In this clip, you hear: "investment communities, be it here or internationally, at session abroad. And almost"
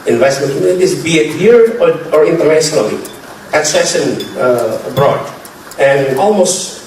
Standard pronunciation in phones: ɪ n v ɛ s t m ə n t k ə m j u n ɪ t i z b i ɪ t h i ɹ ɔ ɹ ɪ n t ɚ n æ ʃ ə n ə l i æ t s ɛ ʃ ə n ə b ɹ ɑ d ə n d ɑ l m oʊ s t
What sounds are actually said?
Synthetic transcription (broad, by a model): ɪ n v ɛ s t m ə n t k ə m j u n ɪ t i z b i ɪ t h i ɹ ɔ ɹ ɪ n t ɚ n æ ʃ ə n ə l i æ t s ɛ ʃ ə n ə b ɹ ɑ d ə n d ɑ l m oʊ s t